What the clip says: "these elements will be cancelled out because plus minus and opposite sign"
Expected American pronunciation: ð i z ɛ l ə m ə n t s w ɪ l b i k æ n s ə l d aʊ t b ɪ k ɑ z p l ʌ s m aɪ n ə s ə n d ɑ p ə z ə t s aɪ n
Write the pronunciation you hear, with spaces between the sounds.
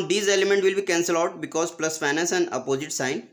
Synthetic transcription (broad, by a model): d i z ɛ l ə m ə n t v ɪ l b i k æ n s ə l aʊ t b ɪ k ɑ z p l ʌ s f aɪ n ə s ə n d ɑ p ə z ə t s aɪ n